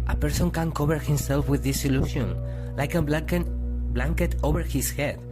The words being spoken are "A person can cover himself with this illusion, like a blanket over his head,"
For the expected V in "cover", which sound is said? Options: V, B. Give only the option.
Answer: B